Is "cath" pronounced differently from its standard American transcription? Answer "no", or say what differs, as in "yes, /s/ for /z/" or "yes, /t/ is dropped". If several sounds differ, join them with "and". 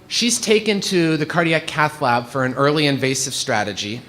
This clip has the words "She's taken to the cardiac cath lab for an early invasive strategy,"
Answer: no